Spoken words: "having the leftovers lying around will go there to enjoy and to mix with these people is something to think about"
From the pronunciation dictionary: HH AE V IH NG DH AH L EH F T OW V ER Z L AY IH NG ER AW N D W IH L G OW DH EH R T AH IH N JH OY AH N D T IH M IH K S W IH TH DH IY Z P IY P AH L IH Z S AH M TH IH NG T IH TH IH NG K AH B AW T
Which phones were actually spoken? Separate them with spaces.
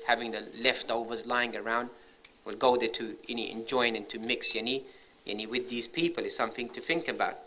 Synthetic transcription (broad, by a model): HH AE V IH NG DH AH L EH F T OW V ER Z L AY IH NG ER AW N D W IH L G OW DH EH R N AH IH N JH OY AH N T IH M IH K S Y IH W DH IY Z P IY P AH L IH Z S AH M TH IH NG T IH TH IH NG K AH B AW T